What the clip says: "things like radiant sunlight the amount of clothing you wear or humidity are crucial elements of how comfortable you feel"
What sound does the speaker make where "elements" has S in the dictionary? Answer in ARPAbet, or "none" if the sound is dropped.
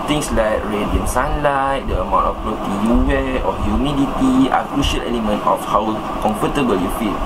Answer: none